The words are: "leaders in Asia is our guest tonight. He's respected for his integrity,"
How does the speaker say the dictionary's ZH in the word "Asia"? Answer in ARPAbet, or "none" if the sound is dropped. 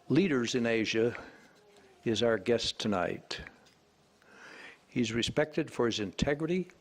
ZH